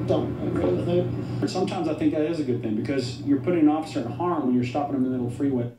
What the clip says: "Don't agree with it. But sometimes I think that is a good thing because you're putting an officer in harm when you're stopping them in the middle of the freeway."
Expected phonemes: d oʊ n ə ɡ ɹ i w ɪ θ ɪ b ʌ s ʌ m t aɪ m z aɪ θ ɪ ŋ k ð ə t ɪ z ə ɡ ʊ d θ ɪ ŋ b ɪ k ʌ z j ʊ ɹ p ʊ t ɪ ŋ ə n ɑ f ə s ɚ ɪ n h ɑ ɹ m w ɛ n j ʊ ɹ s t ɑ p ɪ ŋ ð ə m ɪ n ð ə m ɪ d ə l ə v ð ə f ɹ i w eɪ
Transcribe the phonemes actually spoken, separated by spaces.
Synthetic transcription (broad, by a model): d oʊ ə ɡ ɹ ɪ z ɪ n s ʌ m t aɪ m z aɪ θ ɪ ŋ k ð ə t ɪ z ə ɡ ʊ d θ ɪ ŋ b ɪ k ʌ z j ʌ ɹ p ʊ t ɪ ŋ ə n ɑ f ə s ɚ ɪ n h ɑ ɹ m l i j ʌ ɹ s t ɑ p ɪ ŋ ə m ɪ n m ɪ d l f ɹ i w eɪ